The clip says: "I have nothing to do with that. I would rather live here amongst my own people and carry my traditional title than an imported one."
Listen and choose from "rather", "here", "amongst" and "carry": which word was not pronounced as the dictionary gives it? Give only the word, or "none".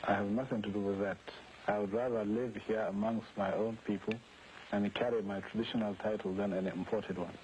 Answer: none